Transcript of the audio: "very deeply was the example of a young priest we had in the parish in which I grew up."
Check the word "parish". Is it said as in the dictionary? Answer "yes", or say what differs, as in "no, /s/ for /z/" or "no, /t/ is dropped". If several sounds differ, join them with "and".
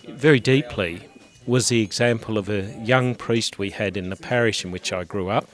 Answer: yes